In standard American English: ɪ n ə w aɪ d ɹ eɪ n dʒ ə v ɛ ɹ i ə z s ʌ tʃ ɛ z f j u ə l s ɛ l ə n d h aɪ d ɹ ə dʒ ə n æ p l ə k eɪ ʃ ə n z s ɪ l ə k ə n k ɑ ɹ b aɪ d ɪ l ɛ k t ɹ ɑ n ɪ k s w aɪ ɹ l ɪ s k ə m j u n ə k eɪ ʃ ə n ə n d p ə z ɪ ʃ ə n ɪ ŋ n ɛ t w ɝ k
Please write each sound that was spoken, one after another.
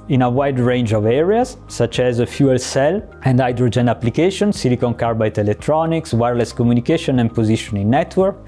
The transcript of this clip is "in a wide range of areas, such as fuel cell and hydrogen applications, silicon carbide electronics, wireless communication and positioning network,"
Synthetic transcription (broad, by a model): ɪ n ə w aɪ d ɹ eɪ n dʒ ə v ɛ ɹ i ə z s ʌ tʃ ɛ z f j u ə l s ɛ l ə n d aɪ d ɹ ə dʒ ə n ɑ p l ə k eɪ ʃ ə n s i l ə k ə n k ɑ ɹ b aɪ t ɪ l ɛ k t ɹ ɑ n ɪ k s w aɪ ɹ l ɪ s k ə m j u n ə k eɪ ʃ ə n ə n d p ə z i ʃ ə n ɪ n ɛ t w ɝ k